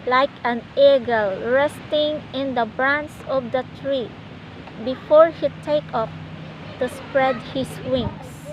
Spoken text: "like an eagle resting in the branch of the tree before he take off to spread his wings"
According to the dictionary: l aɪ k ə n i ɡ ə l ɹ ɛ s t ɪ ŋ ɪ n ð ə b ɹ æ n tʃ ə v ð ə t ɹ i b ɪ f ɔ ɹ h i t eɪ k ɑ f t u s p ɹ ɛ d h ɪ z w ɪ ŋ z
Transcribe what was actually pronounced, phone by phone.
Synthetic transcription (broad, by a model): l aɪ k ə n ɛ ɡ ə l ɹ ɛ s t ɪ ŋ ɪ n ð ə b ɹ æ n s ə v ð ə t ɹ i b ɪ f ɔ ɹ h i t eɪ k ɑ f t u s p ɹ ɛ d h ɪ s w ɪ ŋ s